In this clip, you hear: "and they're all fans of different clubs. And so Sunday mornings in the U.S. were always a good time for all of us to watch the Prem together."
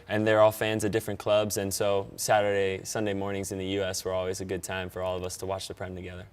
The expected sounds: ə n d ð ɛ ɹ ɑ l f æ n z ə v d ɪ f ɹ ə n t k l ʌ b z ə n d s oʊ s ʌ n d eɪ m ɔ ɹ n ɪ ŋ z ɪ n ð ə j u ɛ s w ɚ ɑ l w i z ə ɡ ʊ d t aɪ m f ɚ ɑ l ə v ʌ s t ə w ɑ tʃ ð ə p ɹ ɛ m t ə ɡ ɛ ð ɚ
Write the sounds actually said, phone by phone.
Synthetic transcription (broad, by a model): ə n ð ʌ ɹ ɑ l f æ n z ə v d ɪ f ɹ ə n k l ʌ b z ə n s oʊ s ʌ n d eɪ m ɔ ɹ n ɪ ŋ z ɪ n ð ə j u ɛ s w ɚ ɑ l w i z ə ɡ ʊ d t aɪ m f ɚ ɑ l ə v ʌ s t ə w ɑ tʃ ð ə p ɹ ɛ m t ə ɡ ɛ ð ɚ